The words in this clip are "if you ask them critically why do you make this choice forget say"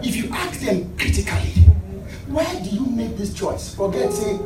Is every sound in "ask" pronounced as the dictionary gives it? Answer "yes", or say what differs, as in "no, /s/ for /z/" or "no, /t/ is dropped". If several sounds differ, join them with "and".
no, /s/ is dropped